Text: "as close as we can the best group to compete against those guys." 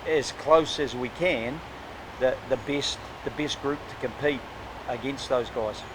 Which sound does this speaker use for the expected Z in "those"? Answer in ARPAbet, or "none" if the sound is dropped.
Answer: Z